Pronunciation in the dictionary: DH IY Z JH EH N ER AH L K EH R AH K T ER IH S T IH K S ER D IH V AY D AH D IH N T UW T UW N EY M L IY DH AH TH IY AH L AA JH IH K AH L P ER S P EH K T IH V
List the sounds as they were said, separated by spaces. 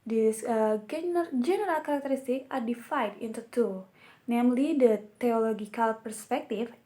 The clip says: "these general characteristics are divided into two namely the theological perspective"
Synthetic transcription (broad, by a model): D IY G JH EH N ER AH L K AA R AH K T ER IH S T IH K AA D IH F AY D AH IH N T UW T UW N EY M L IY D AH T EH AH L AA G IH K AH L P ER S P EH K T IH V